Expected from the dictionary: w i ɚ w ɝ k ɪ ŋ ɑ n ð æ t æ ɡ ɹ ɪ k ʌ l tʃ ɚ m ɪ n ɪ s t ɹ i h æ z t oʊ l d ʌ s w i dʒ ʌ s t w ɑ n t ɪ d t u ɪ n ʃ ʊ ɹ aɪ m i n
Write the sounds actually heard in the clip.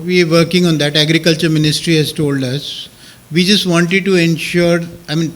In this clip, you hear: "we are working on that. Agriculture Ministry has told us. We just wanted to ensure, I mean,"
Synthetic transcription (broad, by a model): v i ɚ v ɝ k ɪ ŋ ɑ n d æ t æ ɡ ɹ ɪ k ʌ l tʃ ɚ m ɪ n ɪ s t ɹ i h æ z t oʊ l d ʌ s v i dʒ ʌ s t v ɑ n t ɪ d t u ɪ n ʃ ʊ ɹ aɪ m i n